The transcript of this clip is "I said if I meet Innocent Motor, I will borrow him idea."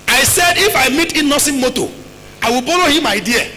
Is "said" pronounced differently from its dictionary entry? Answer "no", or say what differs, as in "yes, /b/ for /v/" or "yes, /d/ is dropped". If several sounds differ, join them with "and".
no